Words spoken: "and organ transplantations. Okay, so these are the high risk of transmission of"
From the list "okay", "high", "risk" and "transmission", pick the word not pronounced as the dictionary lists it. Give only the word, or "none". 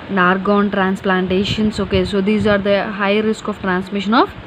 none